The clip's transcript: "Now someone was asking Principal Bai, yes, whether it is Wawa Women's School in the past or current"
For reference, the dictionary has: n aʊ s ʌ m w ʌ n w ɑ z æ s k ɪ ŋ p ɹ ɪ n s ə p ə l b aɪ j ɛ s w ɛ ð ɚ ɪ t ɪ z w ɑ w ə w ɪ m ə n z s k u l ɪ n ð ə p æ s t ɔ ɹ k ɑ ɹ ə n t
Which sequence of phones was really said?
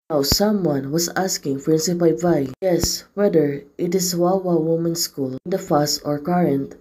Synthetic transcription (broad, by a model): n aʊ s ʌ m w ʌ n w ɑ s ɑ s k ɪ ŋ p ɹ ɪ n s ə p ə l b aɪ j ɛ s w ɛ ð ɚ ɪ t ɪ s w ɑ w ə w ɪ m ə n s k u l ɪ n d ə f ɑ s t ɔ ɹ k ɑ ɹ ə n t